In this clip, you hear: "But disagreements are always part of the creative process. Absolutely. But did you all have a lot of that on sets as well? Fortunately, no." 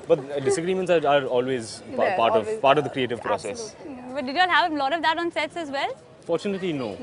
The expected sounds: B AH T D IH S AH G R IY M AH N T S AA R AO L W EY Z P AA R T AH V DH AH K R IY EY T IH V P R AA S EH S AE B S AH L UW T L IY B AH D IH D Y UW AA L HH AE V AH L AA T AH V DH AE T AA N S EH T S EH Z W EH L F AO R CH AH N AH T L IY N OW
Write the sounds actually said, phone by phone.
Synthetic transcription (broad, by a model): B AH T D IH S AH G R IY M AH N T S AA R AO L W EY Z P AA R T AH V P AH K R IY EY T IH V P R AA S EH S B AH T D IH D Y AA L HH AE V AH L AA T AH V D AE T AA N S EH T S EH Z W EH L F AO R CH AH N AH T L IY N OW